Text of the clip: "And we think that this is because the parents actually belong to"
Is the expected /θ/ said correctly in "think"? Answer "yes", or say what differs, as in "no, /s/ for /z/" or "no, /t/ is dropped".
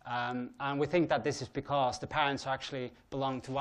yes